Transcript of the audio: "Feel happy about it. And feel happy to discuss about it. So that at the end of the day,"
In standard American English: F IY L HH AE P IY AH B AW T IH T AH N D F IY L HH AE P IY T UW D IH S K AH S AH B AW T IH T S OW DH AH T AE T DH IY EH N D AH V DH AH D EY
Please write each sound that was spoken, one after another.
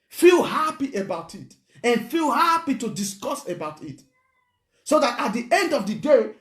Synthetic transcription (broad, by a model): F IY L HH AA P IY AH B AW T IH T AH N F IY L HH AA P IY T UW D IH S K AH S AH B AW T IH T S OW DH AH T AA T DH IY EH N D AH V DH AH D EY